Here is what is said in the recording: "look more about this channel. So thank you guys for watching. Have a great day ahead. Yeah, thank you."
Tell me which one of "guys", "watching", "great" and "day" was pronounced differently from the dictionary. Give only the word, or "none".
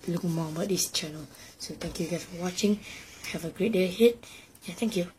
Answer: guys